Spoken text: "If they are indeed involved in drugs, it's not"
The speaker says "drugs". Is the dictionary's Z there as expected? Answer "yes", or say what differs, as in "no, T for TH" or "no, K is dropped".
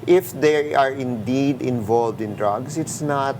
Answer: no, S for Z